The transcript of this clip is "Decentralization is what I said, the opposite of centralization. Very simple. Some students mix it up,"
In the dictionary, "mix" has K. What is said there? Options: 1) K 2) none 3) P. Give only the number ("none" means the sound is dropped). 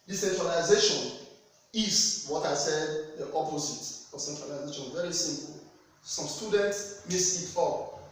2